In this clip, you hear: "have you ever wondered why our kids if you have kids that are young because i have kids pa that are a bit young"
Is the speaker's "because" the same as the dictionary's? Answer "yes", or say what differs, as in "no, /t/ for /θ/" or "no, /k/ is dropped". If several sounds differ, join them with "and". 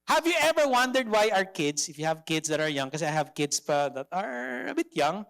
no, /z/ is dropped